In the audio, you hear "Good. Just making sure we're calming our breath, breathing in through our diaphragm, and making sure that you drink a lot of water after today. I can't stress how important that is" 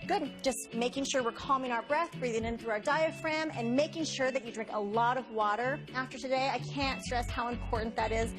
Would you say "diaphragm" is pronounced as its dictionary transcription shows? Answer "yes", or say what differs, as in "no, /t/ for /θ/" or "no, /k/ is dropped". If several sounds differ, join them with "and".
yes